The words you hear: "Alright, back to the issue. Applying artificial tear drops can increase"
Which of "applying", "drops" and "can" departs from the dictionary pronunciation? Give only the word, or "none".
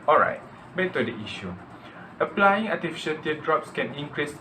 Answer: none